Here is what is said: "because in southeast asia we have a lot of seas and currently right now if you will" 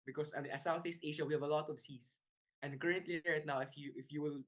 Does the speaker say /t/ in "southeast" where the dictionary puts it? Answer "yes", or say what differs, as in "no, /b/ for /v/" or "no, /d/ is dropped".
yes